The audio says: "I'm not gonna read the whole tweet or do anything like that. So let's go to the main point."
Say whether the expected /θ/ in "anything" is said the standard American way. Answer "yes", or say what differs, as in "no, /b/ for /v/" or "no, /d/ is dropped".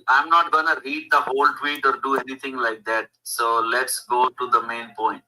no, /t/ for /θ/